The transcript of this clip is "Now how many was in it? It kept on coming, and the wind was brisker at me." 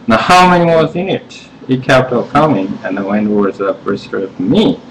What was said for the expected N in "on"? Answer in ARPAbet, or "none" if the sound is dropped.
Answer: L